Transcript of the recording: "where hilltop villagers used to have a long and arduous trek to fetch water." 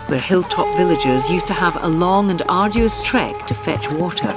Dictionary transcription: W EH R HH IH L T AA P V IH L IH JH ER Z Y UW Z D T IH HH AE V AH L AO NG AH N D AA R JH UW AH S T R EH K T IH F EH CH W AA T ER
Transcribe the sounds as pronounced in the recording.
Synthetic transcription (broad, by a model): W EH R HH IH L T AA P V IH L IH JH ER Z Y UW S T IH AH V AH L AO NG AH N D AA R JH UW AH S T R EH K T IH F EH CH W AA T ER